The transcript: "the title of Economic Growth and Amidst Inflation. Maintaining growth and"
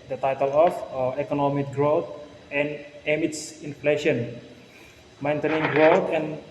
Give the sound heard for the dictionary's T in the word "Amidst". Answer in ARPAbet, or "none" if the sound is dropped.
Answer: none